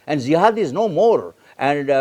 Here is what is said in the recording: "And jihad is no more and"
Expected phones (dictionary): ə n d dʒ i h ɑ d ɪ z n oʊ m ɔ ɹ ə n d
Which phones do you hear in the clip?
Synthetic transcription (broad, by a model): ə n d z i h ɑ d ɪ z n oʊ m ɔ ɹ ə n d